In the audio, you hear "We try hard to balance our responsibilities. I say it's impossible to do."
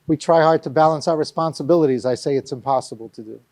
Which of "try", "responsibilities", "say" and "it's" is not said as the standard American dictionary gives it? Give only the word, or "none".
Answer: none